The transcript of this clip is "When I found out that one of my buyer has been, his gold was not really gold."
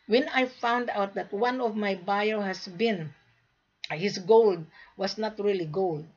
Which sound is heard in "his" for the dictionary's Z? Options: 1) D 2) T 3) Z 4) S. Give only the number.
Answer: 4